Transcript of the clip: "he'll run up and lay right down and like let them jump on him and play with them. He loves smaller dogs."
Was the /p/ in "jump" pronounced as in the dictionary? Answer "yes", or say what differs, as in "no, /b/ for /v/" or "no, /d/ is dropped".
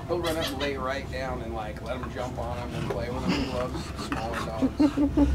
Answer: yes